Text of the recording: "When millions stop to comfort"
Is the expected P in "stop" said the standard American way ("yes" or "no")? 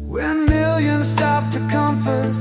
no